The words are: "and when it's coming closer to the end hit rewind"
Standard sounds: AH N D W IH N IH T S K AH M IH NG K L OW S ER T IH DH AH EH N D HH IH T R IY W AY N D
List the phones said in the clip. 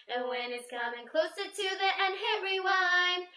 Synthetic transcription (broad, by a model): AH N W IH N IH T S K AH M IH NG K L OW S ER T IH DH AH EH N HH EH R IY W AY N